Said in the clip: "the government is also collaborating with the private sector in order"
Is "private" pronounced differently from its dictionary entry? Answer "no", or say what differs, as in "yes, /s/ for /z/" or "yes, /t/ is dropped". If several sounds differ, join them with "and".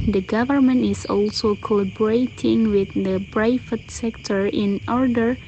yes, /b/ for /p/ and /f/ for /v/